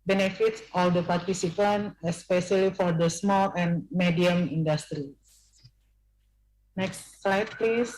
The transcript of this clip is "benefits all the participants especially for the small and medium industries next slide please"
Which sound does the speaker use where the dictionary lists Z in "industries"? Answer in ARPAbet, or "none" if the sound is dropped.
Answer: none